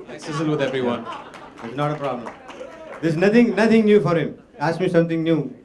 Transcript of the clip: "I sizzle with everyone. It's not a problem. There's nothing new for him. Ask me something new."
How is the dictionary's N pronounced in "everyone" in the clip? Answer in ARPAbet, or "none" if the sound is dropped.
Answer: N